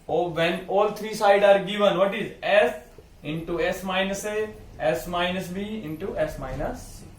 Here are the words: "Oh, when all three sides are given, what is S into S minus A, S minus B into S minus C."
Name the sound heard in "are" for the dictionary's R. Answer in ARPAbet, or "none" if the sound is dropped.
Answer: R